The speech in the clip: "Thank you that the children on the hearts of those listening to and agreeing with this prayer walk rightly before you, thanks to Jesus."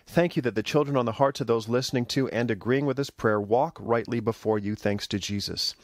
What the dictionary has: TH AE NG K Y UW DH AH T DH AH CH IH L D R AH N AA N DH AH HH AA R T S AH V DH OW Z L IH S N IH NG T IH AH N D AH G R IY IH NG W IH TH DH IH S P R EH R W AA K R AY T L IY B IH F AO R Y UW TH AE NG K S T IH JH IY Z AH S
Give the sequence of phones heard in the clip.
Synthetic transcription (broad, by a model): TH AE NG K Y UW DH AH T DH AH CH IH L D R AH N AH N DH AH HH AA R T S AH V DH OW Z L IH S N IH NG T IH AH N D AH G R IY IH NG W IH DH IH S P R EH R W AA K R AY T L IY B IH F AO R Y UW TH AE NG K S T IH JH IY Z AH S